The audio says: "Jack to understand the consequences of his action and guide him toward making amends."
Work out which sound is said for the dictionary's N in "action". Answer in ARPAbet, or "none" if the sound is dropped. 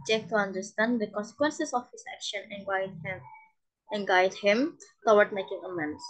N